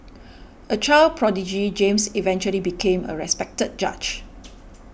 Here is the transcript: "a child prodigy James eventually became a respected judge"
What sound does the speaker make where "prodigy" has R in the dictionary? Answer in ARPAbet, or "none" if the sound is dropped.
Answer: R